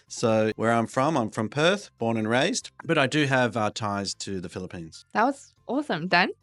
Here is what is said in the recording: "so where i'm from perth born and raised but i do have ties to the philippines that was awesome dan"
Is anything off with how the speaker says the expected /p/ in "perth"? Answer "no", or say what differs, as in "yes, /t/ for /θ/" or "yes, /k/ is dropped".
no